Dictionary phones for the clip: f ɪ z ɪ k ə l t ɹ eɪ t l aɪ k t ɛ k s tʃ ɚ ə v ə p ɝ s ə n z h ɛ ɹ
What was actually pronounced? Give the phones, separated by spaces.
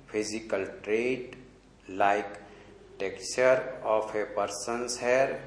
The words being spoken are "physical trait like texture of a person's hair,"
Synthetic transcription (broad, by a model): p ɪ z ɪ k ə l t ɹ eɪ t l aɪ k t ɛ k tʃ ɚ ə p ə p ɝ s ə n s h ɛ ɹ